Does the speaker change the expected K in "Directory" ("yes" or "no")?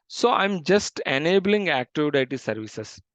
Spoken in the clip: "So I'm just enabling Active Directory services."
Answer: yes